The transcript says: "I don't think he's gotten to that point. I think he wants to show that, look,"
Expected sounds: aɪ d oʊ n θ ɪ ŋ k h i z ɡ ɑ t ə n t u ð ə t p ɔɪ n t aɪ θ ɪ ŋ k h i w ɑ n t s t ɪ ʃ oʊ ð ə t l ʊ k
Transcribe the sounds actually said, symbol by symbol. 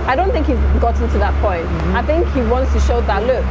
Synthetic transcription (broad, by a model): aɪ d oʊ n θ ɪ ŋ k h i z ɡ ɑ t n t u ð ə t p ɔɪ n t aɪ θ ɪ ŋ k h i w ɑ n t s t ɪ ʃ oʊ ð ə t l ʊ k